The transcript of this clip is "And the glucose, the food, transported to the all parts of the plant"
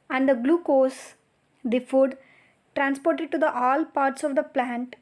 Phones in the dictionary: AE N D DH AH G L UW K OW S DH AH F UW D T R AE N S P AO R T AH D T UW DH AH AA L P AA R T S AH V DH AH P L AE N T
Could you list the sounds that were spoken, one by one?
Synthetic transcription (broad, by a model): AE N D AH G L UW K OW S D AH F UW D T R AE N S P AO R T AH D T UW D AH AA L P AA R T S AH V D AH P L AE N T